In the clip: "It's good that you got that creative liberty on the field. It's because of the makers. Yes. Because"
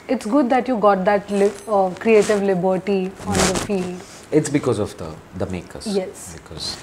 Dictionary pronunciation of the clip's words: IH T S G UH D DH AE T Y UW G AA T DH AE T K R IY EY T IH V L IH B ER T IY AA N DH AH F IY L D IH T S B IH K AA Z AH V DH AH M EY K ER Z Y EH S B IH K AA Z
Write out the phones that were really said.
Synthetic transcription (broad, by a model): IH T S G UH D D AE T Y UW G AA T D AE T K R IY EY T IH V L IH B ER T IY AA N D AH F IY L D IH T S B IH K AA Z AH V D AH M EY K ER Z Y EH S B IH K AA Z